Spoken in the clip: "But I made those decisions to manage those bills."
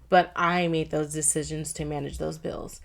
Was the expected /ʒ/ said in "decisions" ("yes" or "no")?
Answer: yes